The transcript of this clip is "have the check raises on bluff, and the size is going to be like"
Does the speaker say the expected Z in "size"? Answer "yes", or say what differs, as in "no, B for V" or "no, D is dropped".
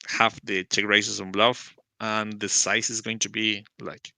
no, S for Z